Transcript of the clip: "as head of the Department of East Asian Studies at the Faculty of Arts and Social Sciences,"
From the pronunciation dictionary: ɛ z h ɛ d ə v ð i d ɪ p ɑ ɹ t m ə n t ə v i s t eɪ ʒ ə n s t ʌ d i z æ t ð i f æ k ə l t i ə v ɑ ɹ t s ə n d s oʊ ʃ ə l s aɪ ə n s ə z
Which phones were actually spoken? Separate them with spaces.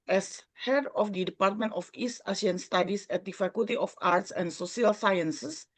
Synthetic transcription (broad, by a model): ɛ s h ɛ d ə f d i d ɪ p ɑ ɹ t m ə n t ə f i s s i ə n s t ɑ d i s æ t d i f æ k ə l t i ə f ɑ ɹ t s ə n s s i ə l s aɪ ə n s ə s